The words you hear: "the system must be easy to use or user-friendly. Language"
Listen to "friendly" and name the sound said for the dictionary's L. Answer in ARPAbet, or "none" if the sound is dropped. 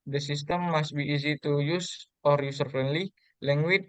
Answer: L